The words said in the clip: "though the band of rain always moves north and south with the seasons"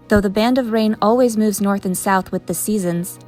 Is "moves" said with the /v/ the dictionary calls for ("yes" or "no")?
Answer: yes